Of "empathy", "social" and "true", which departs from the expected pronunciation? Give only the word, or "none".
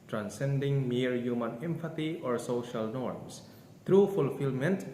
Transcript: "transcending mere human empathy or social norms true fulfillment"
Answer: empathy